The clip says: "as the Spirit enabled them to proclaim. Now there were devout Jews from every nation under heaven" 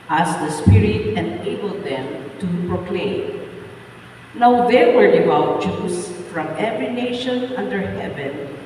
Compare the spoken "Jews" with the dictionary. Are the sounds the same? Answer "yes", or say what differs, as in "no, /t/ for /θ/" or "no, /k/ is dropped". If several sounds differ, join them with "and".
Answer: no, /s/ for /z/